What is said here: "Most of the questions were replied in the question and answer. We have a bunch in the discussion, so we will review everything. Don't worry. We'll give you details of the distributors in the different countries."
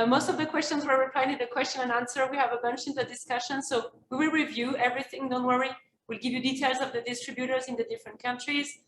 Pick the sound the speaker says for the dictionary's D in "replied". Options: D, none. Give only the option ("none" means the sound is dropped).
none